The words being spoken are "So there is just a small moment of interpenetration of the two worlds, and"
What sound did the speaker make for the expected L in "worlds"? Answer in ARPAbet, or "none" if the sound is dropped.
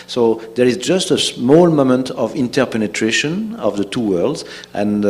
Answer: L